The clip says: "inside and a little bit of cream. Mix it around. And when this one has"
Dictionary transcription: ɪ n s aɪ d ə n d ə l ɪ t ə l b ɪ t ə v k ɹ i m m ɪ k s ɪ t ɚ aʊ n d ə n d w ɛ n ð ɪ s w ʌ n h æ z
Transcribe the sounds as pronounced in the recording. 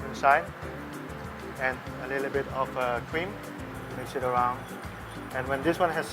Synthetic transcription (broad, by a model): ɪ n s aɪ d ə n ə l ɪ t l b ɪ t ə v k ɹ i m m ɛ s ɪ t ɚ aʊ n d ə n w ɛ n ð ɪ s w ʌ n h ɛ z